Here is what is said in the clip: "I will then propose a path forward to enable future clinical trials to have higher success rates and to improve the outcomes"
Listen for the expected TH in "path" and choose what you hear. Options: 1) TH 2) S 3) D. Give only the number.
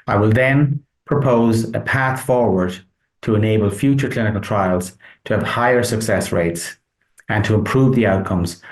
1